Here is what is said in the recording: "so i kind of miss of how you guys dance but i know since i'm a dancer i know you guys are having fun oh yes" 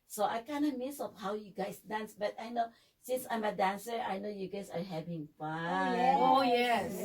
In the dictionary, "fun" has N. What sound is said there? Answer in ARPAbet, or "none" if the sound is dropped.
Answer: none